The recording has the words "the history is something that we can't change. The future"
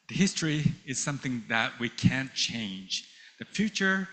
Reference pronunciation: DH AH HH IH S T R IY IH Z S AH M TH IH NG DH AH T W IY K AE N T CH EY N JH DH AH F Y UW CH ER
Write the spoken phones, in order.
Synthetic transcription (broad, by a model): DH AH HH IH S T R IY IH Z S AH M TH IH NG DH AH T W IY K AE N CH EY N JH DH AH F Y UW CH ER